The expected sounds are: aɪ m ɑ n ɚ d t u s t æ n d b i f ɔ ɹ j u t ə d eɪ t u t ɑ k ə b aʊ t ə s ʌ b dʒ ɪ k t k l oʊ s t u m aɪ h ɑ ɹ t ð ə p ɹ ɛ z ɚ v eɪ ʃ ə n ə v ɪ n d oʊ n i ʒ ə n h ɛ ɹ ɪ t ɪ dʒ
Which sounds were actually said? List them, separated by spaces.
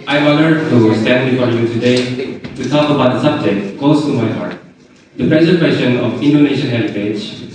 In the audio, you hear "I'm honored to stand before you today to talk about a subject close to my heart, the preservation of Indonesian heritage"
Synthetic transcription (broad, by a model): aɪ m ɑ l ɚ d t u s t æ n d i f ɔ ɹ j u t ə d eɪ t u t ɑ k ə b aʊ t ə s ʌ b dʒ ɪ k t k oʊ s t u m aɪ h ɑ ɹ t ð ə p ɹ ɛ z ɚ w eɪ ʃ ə n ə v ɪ n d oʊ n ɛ ʃ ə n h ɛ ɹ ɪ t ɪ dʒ